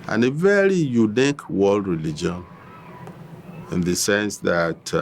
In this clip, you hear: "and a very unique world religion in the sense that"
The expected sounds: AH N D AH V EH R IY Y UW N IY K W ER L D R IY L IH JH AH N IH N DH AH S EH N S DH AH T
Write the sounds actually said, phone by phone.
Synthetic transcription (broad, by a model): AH N AH V EH R IY Y UW N IY K W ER L D R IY L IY JH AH N IH N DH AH S EH N S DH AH T